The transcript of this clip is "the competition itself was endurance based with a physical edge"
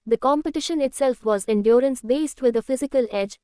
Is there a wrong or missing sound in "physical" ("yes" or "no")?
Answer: no